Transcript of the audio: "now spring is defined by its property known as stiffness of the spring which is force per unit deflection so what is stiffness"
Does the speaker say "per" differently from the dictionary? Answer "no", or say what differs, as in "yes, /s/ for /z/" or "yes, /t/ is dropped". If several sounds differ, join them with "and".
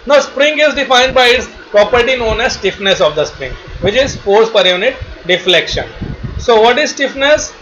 no